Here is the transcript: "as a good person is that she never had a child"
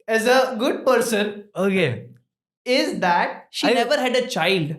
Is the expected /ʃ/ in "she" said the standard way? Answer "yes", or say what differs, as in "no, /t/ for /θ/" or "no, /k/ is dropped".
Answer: yes